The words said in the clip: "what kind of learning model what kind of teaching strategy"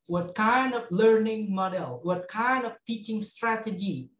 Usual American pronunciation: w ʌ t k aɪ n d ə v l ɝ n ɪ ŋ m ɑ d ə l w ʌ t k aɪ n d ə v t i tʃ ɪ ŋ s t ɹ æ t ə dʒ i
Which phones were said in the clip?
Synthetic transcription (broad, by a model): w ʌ t k aɪ n d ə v l ɝ n ɪ ŋ m ɑ d ə l w ʌ t k aɪ n d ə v t i tʃ ɪ ŋ s t ɹ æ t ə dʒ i